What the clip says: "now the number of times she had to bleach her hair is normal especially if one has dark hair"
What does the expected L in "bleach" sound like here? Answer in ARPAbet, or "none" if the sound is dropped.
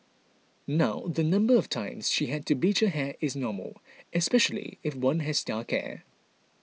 none